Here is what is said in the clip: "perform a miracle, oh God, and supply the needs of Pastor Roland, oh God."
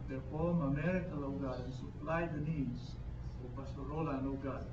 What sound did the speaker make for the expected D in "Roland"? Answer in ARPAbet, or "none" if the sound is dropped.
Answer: none